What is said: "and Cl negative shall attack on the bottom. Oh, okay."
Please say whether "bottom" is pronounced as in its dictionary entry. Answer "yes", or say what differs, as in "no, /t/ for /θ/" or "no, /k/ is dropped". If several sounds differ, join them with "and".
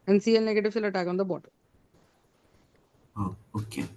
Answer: no, /m/ is dropped